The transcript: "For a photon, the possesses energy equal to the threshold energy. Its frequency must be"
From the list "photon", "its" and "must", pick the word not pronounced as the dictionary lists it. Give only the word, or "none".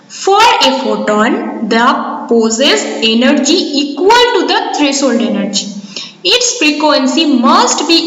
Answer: none